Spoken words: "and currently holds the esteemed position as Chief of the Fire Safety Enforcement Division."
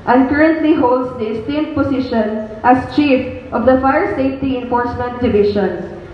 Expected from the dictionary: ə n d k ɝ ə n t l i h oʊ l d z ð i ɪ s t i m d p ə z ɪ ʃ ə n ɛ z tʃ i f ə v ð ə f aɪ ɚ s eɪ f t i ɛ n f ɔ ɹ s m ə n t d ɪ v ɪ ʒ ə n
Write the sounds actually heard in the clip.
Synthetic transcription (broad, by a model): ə n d k ɝ ə n t l i h oʊ l d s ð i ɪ s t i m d p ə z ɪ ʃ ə n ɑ s tʃ i f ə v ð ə f aɪ ɚ s eɪ f t i ɛ n f ɔ ɹ s m ə n t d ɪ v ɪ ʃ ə n